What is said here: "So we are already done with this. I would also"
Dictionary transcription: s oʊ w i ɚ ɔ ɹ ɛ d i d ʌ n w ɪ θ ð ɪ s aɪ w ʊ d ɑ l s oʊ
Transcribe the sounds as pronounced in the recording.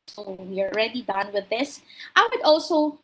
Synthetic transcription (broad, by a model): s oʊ w i ɚ ɔ ɹ ɛ d i d ʌ n w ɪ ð ɪ s aɪ w ʊ d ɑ l s oʊ